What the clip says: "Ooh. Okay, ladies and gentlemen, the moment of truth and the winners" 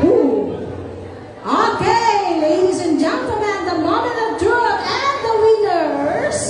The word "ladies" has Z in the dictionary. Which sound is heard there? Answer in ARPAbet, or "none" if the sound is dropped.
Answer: Z